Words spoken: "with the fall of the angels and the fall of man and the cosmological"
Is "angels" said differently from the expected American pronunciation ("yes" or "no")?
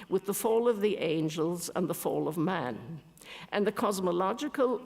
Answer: no